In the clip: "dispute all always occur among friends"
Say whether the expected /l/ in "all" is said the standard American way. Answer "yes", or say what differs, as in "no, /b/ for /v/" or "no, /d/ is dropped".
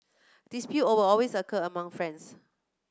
no, /w/ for /l/